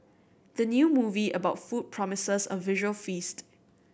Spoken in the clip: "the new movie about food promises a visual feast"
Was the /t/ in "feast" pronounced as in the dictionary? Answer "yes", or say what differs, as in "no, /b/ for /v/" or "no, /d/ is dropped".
yes